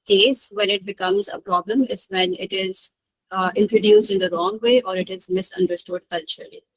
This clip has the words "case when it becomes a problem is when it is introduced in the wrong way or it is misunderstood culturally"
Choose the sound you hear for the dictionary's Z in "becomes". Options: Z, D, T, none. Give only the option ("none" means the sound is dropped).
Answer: Z